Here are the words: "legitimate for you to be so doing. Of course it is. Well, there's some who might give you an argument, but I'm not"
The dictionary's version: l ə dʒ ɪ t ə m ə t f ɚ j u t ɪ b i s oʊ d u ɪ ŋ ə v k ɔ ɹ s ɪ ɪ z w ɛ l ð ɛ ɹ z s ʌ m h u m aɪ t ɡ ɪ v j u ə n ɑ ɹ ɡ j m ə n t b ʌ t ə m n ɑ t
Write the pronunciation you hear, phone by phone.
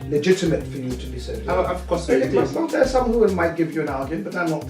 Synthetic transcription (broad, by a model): l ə dʒ ɪ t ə m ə t f ɚ j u t ɪ b i s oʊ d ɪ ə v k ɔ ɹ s ɪ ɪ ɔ n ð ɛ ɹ s ʌ m h u m aɪ t ɡ ɪ v j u ə n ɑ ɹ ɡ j ə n b ʌ t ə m n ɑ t